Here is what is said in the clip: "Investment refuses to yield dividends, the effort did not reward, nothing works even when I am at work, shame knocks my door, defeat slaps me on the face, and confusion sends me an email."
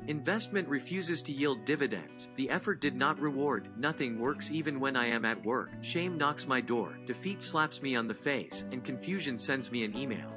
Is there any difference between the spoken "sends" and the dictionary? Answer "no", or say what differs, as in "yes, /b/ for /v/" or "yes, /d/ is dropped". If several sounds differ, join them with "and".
no